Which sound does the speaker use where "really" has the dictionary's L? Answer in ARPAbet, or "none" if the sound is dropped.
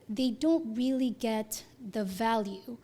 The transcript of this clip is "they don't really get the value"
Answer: L